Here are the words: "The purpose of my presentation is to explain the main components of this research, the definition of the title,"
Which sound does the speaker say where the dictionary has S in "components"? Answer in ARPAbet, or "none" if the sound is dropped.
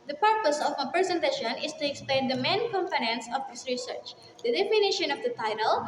S